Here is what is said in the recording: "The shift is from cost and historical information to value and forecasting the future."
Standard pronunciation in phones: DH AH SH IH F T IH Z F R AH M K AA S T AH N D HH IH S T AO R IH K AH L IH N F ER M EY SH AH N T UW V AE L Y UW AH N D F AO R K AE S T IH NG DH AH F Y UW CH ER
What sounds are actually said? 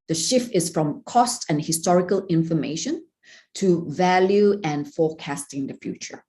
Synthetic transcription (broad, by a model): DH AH SH IH F T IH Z F R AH M K AA S T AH N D HH IH S T AO R IH K AH L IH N F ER M EY SH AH N T UW V AE L Y UW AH N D F AO K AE S T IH NG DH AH F Y UW CH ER